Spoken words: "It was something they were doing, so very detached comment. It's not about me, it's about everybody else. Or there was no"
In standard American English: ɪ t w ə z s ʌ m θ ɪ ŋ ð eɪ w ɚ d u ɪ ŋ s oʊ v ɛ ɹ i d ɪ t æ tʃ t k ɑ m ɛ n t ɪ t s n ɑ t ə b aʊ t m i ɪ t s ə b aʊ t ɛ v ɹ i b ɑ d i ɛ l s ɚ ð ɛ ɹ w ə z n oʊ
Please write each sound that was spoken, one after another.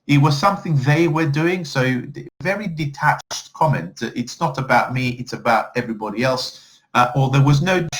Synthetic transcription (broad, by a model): ɪ t w ə z s ʌ m θ ɪ ŋ ð eɪ w ɚ d u ɪ ŋ s oʊ v ɛ ɹ i d ɪ t æ tʃ t k ɑ m ɛ n t ɪ t s n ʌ t ə b aʊ t m i ɪ t s ə b aʊ t ɛ v ɹ i b ɑ d i ɛ l s ɚ ð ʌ ɹ w ə z n oʊ